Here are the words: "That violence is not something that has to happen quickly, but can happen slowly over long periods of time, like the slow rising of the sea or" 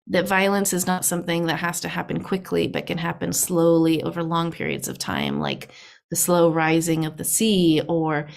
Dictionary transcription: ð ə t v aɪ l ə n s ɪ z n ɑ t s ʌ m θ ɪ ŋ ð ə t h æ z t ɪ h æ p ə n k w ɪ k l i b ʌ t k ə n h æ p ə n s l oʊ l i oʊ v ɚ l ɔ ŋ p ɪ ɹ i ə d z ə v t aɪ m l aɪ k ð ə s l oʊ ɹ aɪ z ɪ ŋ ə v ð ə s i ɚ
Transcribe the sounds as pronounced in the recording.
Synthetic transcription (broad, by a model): ð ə t v aɪ l ə n s ɪ z n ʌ t s ʌ m θ ɪ ŋ ð ə t h æ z t ɪ h æ p ə n k w ɪ k l i b ʌ t k ə n h æ p ə n s l oʊ l i oʊ v ɚ l ɔ ŋ p ɪ ɹ i ə d z ə v t aɪ m l aɪ k ð ə s l oʊ ɹ aɪ z ɪ ŋ ə v ð ə s i ɚ